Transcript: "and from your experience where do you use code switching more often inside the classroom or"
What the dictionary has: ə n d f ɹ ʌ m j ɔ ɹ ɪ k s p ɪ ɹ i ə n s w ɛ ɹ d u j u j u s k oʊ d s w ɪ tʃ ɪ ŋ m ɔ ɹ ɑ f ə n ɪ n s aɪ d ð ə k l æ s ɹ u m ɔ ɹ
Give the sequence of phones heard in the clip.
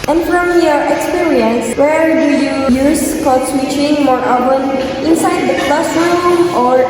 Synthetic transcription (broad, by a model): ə n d f ɹ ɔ m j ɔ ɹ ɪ k s p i ɹ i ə n s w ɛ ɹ d u j u j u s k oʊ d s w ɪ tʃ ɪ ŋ m ɔ ɹ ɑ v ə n ɪ n s aɪ d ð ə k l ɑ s u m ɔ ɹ